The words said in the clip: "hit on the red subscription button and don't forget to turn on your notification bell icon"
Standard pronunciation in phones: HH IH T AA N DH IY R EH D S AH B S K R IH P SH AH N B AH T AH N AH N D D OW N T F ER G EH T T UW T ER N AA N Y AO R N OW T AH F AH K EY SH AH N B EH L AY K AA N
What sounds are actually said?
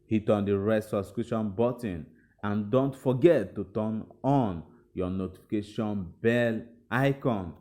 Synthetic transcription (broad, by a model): HH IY T AA N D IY R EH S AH S K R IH SH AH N B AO T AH N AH N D D OW N T F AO G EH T T UW T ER N AA N Y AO N OW T AH F AH K EY SH AH N B EH L AY K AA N